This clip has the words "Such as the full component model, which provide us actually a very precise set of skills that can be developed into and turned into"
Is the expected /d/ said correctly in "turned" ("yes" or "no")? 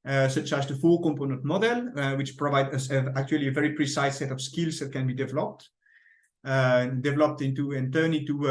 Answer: no